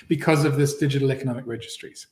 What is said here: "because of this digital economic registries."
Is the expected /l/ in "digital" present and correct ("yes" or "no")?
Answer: yes